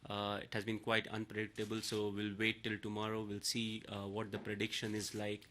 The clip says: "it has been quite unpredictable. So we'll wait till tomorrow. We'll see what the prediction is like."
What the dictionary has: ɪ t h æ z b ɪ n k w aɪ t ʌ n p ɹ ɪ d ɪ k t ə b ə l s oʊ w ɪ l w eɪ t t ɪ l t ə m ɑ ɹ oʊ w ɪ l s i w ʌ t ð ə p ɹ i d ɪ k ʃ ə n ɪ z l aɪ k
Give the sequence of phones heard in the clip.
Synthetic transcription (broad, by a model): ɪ t h æ z b ɪ n k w aɪ t ʌ n p ɹ ɪ d ɪ k t ə b ə l s oʊ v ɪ l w eɪ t t ɪ l t ə m ɑ ɹ oʊ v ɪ l s i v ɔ t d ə p ɹ i d ɪ k ʃ ə n ɪ z l aɪ k